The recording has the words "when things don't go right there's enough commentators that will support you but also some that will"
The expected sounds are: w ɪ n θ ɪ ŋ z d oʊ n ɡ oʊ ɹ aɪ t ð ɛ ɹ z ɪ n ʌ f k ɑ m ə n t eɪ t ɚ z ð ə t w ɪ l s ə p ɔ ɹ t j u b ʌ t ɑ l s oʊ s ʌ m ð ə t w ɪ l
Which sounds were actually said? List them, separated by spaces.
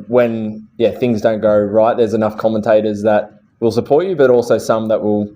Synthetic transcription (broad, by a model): w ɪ n θ ɪ ŋ z d oʊ n ɡ oʊ ɹ aɪ t ð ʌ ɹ z ɪ n ʌ f k ɑ m ə n t eɪ t ɚ z ð ə t w ɪ l s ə p ɔ ɹ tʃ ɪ b ʌ t ɑ l s oʊ s ʌ m ð ə t w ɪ l